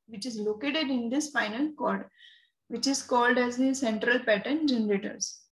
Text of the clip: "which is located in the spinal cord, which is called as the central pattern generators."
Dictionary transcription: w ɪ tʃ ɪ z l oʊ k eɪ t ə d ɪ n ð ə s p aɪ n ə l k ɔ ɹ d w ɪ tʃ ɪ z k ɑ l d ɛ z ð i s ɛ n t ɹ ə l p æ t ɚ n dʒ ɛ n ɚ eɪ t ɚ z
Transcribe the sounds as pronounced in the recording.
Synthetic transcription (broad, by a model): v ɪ tʃ ɪ z l oʊ k eɪ t ə d ɪ n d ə s f aɪ n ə l k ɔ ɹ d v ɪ tʃ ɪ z k ɑ l d ɛ z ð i s ɛ n t ɹ ə l p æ t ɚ n dʒ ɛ n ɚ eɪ t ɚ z